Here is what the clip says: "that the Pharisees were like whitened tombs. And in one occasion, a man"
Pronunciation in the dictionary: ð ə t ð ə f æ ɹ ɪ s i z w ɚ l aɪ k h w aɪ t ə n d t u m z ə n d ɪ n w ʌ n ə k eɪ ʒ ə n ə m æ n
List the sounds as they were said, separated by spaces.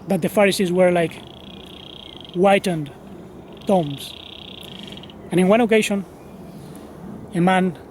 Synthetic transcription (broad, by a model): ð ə t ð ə f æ ɹ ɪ s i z w ɚ l aɪ k w aɪ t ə n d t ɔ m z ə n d ɪ n w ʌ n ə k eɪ ʃ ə n ə m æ n